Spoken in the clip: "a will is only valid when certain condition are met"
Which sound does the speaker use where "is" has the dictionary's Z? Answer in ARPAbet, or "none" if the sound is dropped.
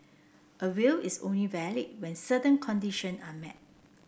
S